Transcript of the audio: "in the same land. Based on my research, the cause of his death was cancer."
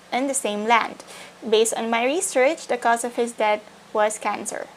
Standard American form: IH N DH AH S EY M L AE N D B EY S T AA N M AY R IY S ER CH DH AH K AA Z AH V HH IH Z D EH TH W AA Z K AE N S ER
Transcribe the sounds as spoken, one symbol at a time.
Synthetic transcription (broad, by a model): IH N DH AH S EY M L AE N D B EY S T AA N M AY R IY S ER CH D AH K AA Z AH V HH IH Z D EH T W AA Z K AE N S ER